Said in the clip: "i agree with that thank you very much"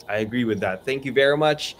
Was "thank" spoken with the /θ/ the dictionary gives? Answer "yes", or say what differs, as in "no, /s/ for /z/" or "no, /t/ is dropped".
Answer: yes